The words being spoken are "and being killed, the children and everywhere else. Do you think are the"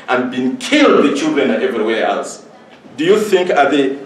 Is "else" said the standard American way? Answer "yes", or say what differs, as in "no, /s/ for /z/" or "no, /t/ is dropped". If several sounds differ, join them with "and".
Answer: yes